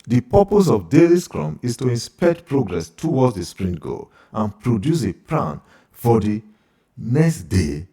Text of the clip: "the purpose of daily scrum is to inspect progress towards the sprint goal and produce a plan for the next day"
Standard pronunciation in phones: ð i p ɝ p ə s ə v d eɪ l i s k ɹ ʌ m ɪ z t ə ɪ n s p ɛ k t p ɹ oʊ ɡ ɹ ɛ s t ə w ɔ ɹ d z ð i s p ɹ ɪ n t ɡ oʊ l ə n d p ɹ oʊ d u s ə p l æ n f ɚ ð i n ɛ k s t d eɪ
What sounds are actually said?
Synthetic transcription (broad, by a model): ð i p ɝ p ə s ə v d eɪ l i s k ɹ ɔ m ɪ s t ə ɪ n s p ɛ k t p ɹ oʊ ɡ ɹ ɛ s t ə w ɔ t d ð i s p ɹ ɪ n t ɡ oʊ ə n p ɹ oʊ d u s ə p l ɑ n f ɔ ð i n ɛ k s t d eɪ